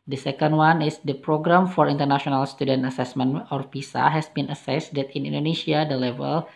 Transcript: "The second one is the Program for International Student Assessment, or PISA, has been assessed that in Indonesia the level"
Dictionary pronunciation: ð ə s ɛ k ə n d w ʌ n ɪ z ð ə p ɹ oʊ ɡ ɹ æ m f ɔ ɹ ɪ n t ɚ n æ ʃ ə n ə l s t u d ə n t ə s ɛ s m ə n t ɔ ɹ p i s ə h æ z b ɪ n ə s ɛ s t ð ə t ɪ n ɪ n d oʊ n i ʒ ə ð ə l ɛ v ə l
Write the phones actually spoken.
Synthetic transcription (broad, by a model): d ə s ɛ k ə n d w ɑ n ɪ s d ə p ɹ oʊ ɡ ɹ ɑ m f ɔ ɹ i n t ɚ n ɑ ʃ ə n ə l s t u d ə n t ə s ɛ s m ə n ɔ ɹ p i s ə h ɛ s b ɪ n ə s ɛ s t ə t ɪ n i n d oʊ n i ʃ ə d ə l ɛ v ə l